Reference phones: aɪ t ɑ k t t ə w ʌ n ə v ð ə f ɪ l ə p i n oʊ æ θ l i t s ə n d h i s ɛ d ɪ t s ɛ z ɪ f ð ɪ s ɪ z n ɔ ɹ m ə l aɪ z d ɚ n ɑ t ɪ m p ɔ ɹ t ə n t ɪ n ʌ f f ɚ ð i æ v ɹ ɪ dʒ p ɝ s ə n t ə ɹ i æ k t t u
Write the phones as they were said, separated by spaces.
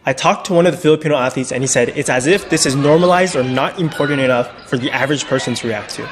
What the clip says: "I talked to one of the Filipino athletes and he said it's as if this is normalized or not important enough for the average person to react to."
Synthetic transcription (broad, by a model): aɪ t ɑ k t t ə w ʌ n ə v ð ə f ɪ l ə p i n oʊ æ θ i t s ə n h i s ɛ d ɪ t s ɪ z ɪ f ð ɪ s ɪ z n ɔ ɹ m ə l aɪ z d ɚ n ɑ t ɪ m p ɔ ɹ t n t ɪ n ʌ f f ɚ ð i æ v ɹ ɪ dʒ p ɝ s ə n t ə ɹ i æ k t t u